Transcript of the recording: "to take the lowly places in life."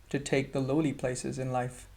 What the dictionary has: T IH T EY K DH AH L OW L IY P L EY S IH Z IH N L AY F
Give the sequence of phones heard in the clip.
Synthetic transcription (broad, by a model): T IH T EY K DH AH L OW L IY P L EY S IH Z IH N L AY F